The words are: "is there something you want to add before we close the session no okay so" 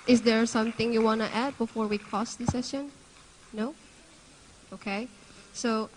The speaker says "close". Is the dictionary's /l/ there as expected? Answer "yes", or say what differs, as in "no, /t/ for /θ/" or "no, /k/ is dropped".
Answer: no, /l/ is dropped